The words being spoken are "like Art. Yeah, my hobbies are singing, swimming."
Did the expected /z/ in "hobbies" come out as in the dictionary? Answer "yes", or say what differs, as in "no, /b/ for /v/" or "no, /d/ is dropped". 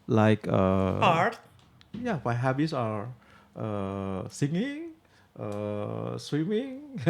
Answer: no, /s/ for /z/